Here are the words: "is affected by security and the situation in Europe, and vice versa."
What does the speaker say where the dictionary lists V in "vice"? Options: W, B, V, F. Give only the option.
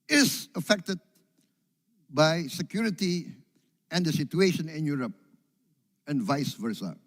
V